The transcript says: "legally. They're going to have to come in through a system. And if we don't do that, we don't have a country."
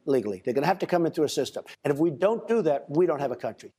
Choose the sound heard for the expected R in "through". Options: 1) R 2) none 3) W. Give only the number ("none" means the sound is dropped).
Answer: 2